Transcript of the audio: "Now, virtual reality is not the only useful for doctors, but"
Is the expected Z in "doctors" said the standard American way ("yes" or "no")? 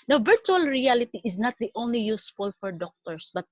no